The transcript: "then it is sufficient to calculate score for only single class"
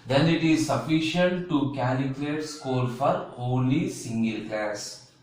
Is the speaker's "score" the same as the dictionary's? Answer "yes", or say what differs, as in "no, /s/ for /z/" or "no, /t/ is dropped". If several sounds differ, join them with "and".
no, /l/ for /ɹ/